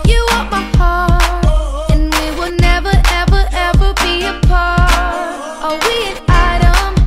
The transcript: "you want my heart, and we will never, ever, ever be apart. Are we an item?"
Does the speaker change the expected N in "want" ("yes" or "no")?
yes